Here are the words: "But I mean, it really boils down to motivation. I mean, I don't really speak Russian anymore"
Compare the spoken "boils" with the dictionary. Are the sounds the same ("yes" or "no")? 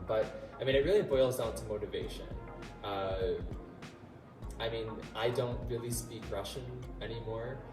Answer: yes